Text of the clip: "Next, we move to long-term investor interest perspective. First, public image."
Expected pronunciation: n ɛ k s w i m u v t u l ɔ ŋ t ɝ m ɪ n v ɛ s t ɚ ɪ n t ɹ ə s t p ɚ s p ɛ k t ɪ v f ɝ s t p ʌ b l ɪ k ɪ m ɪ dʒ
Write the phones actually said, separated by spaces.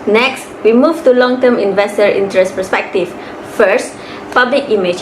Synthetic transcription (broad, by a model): n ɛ k s w i m u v t u l ɔ ŋ t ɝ m ɪ n v ɛ s t ɚ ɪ n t ɹ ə s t p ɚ s p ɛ k t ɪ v f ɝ s t p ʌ b l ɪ k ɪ m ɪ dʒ